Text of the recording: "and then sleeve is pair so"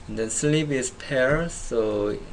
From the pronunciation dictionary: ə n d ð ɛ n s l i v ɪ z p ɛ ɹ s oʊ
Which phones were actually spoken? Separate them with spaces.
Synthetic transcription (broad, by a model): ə n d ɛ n s l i p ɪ s p ɛ ɹ s oʊ